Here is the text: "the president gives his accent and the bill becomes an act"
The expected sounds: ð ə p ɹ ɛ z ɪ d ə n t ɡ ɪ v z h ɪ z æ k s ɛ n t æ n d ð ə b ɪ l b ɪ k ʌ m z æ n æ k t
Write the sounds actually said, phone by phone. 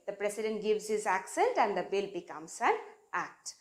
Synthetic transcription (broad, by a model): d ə p ɹ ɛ s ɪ d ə n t ɡ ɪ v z h ɪ z æ k s ɛ n t æ n d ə b ɪ l b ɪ k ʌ m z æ n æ k t